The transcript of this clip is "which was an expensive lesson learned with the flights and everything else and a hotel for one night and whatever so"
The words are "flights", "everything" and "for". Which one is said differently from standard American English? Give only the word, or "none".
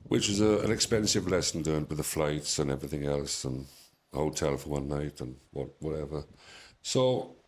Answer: none